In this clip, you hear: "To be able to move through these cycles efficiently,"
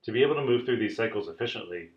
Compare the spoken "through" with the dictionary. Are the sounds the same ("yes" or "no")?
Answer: yes